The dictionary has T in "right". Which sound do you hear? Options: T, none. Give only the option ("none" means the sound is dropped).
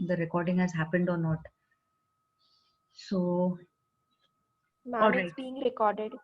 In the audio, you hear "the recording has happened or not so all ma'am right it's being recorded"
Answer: none